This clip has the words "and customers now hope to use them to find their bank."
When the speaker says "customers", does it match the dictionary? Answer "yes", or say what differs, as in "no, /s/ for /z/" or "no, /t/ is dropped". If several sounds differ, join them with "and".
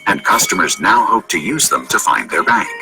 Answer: yes